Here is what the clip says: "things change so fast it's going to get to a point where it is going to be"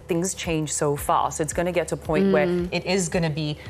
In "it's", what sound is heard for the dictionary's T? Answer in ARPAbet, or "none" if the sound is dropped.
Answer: T